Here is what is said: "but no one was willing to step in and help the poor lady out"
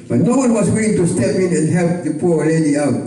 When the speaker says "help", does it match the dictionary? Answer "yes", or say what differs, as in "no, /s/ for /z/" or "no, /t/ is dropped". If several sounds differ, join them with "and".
yes